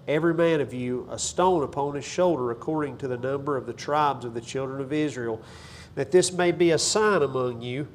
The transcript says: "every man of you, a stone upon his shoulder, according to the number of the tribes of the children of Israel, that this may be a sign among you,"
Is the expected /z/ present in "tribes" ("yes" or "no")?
yes